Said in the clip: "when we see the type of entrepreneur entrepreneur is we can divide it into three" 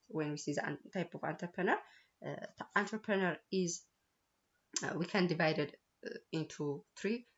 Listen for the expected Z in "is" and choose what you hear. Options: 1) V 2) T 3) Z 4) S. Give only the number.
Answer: 3